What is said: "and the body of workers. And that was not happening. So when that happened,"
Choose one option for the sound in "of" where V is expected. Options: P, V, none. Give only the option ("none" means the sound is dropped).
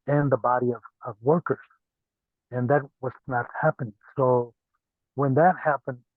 V